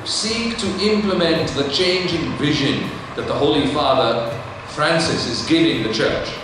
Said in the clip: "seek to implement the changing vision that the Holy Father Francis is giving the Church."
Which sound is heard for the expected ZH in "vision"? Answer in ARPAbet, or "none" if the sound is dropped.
ZH